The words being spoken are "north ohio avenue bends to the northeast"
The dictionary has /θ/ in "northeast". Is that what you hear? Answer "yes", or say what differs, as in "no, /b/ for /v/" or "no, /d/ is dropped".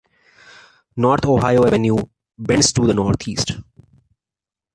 no, /t/ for /θ/